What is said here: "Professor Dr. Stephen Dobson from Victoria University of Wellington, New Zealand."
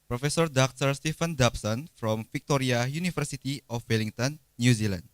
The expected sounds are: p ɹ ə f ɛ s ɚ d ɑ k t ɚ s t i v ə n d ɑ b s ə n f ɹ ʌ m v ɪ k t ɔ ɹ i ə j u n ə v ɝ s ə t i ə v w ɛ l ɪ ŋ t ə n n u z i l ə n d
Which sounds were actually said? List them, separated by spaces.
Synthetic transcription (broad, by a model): p ɹ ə f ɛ s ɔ d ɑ k t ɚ s t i f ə n d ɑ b s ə n f ɹ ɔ m f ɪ k t ɔ ɹ i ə j u n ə f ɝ s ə t i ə f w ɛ l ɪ ŋ t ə n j u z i l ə n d